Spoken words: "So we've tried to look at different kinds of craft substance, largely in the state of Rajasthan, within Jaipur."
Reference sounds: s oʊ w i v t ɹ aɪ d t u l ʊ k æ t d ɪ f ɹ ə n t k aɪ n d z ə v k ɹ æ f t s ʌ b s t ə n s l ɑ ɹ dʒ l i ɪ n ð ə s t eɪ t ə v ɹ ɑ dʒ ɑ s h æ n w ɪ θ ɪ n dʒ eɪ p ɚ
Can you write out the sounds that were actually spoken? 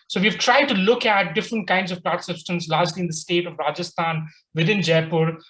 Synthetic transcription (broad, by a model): s oʊ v i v t ɹ aɪ d t u l ʊ k æ t d ɪ f ɹ ə n t k aɪ n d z ə v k l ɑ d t s ʌ b s t ə n s l ɑ ɹ dʒ l i ɪ n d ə s t eɪ t ə v ɹ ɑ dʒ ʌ s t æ n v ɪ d ɪ n dʒ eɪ p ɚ